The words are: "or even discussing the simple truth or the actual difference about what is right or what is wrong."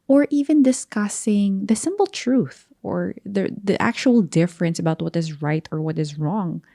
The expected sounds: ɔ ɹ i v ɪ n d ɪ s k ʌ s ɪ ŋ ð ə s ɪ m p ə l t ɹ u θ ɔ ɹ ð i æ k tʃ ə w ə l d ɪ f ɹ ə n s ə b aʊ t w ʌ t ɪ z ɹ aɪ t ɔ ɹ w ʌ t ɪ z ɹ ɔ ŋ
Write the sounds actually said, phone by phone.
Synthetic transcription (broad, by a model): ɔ ɹ i v ɪ n d ɪ s k ʌ s ɪ ŋ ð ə s ɪ m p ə l t ɹ u θ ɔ ɹ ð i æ k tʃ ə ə l d ɪ f ɹ ə n s ə b aʊ t w ʌ t ɪ z ɹ aɪ t ɔ ɹ w ʌ t ɪ z ɹ ɔ ŋ